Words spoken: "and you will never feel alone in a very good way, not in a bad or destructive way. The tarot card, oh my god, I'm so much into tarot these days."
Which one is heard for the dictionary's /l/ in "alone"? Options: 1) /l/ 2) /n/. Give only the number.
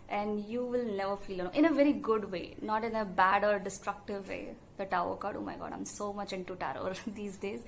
2